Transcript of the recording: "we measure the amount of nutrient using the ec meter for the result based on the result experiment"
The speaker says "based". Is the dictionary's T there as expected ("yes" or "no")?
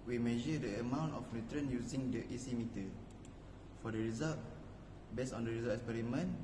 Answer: no